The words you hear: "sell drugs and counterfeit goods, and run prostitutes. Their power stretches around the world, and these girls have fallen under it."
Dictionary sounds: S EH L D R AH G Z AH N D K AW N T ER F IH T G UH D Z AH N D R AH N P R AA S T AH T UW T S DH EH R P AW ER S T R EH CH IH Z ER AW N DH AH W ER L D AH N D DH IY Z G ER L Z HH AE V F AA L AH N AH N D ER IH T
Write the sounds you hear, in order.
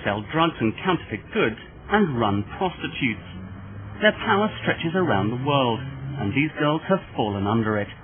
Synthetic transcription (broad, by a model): S EH L D R AH G Z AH N K AW N T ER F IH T G UH D Z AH N R AH N P R AA S T AH T UW T S DH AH R P AW ER S T R EH CH IH Z ER AW N DH AH W ER L D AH N DH IY Z G ER L Z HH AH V F AA L AH N AH N D ER IH T